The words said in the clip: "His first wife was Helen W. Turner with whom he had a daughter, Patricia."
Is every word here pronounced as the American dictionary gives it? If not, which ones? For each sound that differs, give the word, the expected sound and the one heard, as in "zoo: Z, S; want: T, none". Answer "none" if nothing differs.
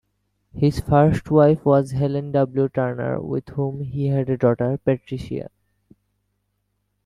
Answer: none